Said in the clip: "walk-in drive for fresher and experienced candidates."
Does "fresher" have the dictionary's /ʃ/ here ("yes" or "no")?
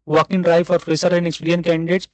no